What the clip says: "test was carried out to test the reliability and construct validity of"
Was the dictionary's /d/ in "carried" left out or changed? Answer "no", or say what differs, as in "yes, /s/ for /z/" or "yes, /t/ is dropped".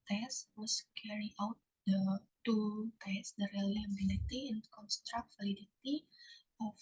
yes, /d/ is dropped